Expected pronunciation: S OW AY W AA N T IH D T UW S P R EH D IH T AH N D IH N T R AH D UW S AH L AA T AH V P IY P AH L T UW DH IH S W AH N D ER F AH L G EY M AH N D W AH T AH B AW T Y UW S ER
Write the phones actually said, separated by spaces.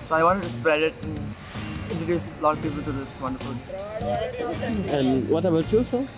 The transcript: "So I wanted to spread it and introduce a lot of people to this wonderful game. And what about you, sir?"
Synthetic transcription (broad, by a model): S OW AY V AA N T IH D T UW S P R EH D IH T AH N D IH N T AH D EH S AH L AA T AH P IY P AH L T UW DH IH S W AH N D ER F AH L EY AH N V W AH T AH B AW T Y UW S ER